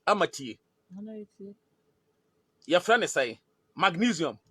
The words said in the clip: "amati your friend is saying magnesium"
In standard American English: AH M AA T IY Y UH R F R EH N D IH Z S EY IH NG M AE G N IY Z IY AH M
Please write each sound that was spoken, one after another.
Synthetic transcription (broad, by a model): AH M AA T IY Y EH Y F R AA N IH S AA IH M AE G N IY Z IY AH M